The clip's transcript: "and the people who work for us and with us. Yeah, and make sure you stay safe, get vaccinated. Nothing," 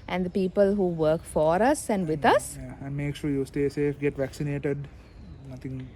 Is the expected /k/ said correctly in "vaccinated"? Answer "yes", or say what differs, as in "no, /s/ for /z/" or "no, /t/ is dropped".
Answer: yes